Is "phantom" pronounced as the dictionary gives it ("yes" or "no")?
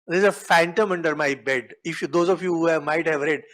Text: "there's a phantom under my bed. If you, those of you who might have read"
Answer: yes